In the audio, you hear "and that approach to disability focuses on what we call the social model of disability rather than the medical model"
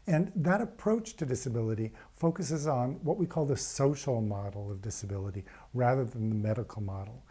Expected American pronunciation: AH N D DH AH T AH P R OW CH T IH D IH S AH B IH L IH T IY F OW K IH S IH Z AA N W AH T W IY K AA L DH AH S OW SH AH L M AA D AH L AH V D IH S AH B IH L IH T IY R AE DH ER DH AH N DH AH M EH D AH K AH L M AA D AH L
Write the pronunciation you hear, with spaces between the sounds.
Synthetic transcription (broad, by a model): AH N DH AH T AH P R OW CH T IH D IH S AH B IH L IH T IY F OW K IH S IH Z N W AH T W IY K AA L DH AH S OW SH L M AA D L AH V D IH S AH B IH L IH T IY R AE DH ER DH AH N DH AH M EH D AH K L M AA D L